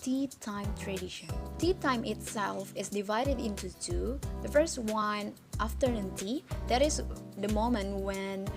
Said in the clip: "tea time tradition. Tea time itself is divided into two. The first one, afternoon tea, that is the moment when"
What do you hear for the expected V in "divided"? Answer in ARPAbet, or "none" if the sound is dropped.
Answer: V